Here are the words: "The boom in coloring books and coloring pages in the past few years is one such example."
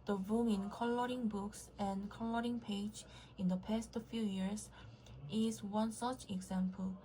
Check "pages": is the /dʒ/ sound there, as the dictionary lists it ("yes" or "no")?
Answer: no